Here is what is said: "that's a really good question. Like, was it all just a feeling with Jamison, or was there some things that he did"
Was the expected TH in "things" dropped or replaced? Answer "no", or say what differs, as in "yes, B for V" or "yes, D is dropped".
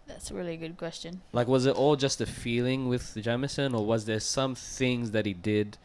no